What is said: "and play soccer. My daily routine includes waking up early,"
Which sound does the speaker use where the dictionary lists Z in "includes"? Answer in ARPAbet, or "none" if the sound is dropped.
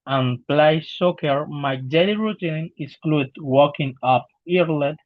none